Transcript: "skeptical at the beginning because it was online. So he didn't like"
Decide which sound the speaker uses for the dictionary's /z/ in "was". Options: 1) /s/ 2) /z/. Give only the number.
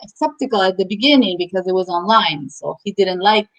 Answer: 2